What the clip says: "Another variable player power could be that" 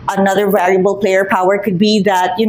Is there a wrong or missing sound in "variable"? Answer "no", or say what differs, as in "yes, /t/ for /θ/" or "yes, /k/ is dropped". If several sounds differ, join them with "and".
yes, /l/ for /ɹ/